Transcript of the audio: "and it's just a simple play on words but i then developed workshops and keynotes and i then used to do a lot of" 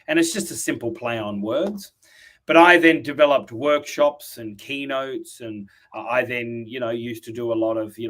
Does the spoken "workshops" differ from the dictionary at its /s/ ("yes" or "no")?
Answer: no